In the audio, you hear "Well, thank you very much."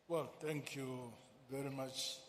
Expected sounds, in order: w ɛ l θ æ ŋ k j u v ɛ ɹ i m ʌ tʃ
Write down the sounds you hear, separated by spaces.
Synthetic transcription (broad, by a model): w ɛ l t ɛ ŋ k j u v ɛ ɹ i m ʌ tʃ